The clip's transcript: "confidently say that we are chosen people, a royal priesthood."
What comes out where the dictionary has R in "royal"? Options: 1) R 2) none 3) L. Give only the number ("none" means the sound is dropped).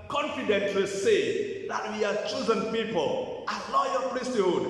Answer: 3